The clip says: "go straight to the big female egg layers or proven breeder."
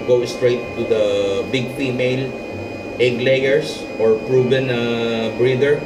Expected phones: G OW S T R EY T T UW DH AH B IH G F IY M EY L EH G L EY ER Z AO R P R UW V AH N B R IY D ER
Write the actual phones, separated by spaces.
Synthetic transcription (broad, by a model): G OW S T R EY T T UW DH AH B IH G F IY M EY L EH G L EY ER S AO R P R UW B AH N B R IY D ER